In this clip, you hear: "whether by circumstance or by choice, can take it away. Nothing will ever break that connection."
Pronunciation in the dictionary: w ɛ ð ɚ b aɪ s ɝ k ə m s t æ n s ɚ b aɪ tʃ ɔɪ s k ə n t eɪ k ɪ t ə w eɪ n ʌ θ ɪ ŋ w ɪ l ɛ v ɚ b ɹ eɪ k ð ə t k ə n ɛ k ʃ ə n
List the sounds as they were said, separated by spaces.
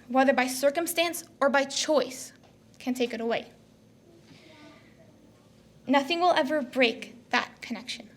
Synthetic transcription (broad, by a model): w ɛ ð ɚ b aɪ s ɝ k ə m s t æ n s ɚ b aɪ tʃ ɔɪ s k ə n t eɪ k ɪ t ə w eɪ n ʌ θ ɪ ŋ w ɪ l ɛ v ɚ b ɹ eɪ k ð ə t k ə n ɛ k ʃ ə n